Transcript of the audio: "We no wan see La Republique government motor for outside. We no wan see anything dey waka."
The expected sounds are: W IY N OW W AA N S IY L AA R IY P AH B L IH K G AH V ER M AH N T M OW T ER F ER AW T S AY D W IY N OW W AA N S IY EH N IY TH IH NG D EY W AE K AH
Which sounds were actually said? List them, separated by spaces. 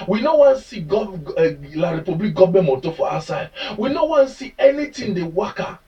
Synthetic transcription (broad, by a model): W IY N OW W AA N S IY L AA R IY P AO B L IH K G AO B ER M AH T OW F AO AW S AY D W IY N OW W AA N S IY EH N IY T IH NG D EY W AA K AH